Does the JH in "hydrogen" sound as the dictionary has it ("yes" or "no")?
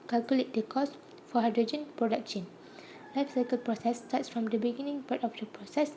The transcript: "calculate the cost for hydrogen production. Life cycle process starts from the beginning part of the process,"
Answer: yes